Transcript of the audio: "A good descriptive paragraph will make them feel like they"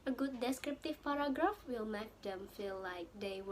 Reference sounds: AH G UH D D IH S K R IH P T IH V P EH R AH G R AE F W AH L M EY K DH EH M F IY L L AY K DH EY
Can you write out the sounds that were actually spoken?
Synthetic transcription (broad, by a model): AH G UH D D IH S K R IH P T IH V P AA R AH G R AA F W AH L M EY K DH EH M F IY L L AY K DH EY